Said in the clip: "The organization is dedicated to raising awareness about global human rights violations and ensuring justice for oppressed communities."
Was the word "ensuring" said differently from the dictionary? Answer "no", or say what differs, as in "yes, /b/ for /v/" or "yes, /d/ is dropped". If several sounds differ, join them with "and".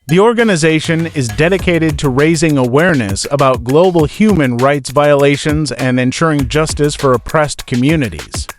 no